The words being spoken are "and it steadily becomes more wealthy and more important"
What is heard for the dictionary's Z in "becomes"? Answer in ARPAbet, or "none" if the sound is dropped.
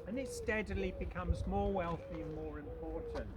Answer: Z